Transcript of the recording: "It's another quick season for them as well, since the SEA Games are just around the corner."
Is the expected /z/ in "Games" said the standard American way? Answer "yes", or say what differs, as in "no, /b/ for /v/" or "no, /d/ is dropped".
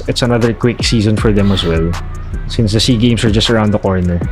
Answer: no, /s/ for /z/